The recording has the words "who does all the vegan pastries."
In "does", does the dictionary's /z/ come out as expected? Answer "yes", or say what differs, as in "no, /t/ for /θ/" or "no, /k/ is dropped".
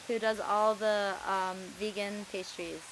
yes